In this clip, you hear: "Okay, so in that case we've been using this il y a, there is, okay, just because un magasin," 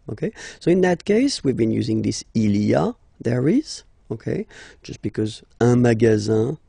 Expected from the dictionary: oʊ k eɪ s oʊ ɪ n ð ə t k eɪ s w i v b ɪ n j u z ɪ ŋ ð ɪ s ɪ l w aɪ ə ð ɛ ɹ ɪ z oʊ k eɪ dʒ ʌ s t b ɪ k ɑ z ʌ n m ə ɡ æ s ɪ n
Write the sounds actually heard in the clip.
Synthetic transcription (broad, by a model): oʊ k eɪ s oʊ ɪ n ð ə t k eɪ s w i v b ɪ n j u z ɪ ŋ ð ɪ s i l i ə ð ɛ ɹ ɪ z oʊ k eɪ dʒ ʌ s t b ɪ k ɑ z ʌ m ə ɡ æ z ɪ